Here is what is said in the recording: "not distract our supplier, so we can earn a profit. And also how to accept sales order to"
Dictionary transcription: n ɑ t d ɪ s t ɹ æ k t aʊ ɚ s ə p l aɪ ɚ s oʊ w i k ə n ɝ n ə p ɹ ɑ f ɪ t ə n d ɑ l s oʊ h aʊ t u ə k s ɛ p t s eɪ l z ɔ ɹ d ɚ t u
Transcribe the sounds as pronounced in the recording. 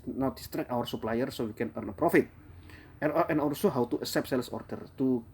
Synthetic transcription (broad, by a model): n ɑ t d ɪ s t ɹ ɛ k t aʊ ɚ s ə p l aɪ ɚ s oʊ w i k ə n ɝ n ə p ɹ ɑ f ɪ t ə n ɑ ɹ s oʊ h aʊ t u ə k s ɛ p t s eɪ l s ɔ ɹ d ɚ t u